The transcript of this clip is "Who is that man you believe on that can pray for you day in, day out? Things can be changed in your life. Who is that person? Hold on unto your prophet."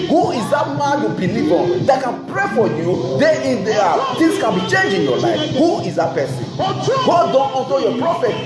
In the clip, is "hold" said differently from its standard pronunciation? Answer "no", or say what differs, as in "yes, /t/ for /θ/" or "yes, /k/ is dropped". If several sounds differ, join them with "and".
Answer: yes, /l/ is dropped